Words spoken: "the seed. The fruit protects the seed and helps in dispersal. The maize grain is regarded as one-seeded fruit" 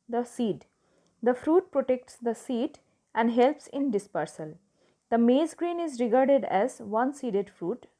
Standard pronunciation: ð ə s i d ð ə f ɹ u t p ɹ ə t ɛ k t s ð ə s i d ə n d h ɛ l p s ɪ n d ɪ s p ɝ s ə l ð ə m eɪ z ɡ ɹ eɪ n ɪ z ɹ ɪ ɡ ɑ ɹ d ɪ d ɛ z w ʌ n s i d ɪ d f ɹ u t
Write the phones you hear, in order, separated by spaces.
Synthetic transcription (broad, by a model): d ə s i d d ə f ɹ u t p ɹ ə t ɛ k t s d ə s i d ə n d h ɛ l p s ɪ n d ɪ s p ɝ s ə l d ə m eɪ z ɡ ɹ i n ɪ z ɹ ɪ ɡ ɑ ɹ d ɪ d ɛ z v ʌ n s i d ɪ d f ɹ u t